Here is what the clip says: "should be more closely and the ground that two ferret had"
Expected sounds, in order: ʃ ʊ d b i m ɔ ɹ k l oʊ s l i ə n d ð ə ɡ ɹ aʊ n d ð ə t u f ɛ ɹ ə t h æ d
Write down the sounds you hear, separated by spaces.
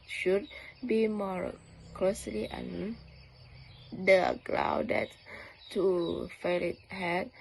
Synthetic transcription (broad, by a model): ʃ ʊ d b i m ɔ ɹ k l oʊ s l i ə n d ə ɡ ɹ aʊ d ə t u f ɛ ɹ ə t h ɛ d